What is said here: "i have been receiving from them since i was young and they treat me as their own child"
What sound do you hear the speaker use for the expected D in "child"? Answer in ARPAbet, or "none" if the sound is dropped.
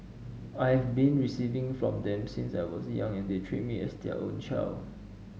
none